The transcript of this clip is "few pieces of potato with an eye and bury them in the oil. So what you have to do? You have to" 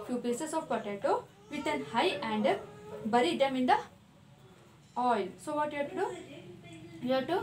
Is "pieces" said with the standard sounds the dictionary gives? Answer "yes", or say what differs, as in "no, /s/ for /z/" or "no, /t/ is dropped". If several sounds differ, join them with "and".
no, /s/ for /z/